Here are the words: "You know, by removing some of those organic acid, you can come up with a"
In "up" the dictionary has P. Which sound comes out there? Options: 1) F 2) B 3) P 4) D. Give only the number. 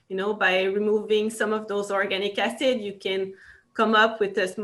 3